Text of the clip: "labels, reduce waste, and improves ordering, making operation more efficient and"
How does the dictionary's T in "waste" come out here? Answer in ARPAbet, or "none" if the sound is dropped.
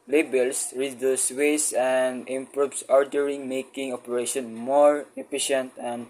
none